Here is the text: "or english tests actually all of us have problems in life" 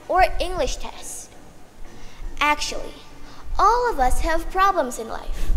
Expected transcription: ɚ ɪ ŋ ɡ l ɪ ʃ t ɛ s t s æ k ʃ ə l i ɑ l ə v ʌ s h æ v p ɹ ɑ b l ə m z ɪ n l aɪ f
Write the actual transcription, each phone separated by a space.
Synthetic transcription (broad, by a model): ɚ ɪ ŋ ɡ l ɪ ʃ t ɛ s t æ k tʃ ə l i ɑ l ə v ʌ s h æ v p ɹ ɑ b l ə m z ɪ n l aɪ f